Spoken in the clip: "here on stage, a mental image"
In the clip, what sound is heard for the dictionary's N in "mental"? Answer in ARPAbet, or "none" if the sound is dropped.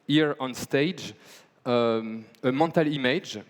none